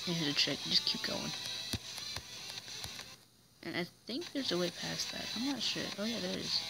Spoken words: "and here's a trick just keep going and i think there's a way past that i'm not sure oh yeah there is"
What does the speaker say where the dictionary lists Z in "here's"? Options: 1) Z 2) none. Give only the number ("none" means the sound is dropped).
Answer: 2